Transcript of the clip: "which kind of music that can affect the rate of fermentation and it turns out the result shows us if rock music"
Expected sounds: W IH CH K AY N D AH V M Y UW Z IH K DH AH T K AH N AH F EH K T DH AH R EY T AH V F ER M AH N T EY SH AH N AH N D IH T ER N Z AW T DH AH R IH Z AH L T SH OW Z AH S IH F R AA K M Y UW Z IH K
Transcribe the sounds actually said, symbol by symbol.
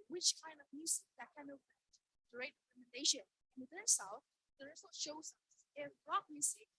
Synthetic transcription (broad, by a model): W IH CH K AY N D AH V M Y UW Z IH K DH AH T K AH N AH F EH T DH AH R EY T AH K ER M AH N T EY SH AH N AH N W IH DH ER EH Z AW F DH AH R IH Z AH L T SH OW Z AH S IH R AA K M Y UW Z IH K